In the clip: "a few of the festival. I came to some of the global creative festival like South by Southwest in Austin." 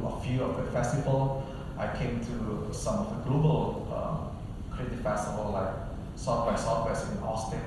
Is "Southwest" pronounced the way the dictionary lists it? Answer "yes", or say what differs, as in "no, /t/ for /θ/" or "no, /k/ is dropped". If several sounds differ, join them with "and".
no, /f/ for /θ/ and /t/ is dropped